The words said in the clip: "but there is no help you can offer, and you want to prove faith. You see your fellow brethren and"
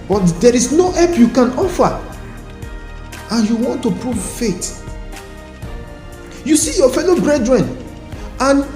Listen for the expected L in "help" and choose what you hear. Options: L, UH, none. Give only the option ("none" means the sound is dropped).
none